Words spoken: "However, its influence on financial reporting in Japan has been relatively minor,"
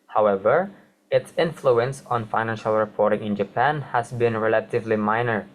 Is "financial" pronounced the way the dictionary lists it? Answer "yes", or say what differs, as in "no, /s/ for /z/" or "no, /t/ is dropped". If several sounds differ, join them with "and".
yes